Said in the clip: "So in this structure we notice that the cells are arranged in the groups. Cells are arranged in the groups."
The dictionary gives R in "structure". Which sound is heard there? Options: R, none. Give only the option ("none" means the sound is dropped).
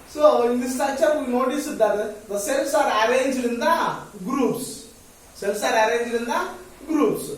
none